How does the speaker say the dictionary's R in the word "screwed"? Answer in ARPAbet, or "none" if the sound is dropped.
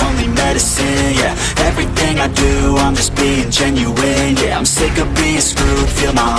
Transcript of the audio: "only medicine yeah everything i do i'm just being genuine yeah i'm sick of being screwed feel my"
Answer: none